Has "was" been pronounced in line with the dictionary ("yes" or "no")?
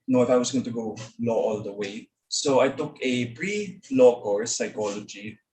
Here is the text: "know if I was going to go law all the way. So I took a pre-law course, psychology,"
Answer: no